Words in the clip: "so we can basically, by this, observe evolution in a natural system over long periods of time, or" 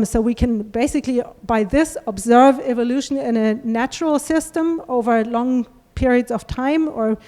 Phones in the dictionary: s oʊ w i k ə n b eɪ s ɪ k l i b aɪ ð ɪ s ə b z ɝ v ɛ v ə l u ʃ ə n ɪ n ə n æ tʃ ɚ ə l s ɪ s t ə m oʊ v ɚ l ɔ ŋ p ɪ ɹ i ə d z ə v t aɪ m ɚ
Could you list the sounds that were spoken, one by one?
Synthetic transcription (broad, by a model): s oʊ w i k ə n b eɪ s ɪ k l i b aɪ ð ɪ s ə b z ɝ v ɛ v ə l u ʃ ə n ɪ n ə n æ tʃ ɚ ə l s ɪ s t ə m oʊ v ɚ l ɔ ŋ p ɪ ɹ i ə d z ə v t aɪ m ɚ